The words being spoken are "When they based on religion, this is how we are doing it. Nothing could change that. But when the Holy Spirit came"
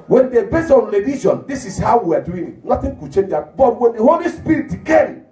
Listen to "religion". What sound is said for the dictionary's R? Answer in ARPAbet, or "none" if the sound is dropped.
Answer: L